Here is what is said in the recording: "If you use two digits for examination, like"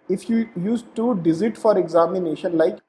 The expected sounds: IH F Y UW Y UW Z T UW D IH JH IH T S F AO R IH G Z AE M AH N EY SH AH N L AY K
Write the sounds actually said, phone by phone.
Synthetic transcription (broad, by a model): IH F Y UW Y UW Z T UW D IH Z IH T F AO R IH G Z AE M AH N EY SH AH N L AY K